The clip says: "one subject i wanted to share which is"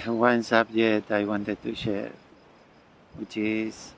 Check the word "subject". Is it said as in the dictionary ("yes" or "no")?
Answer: no